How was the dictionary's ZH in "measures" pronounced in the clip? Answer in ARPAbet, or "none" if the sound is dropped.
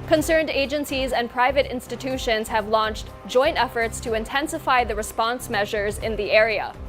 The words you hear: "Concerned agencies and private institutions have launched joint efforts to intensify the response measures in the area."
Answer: ZH